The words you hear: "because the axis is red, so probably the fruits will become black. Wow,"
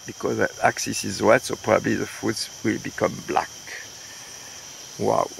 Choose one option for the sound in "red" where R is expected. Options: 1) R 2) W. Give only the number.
2